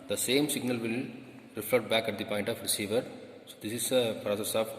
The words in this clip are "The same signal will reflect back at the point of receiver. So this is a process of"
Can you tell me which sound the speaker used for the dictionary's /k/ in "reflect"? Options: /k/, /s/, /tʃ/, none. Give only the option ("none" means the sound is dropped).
none